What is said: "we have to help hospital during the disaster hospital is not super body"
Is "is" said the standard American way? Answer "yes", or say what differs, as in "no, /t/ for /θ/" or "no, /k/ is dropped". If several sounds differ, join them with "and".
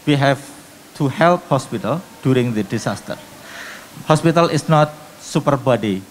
no, /s/ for /z/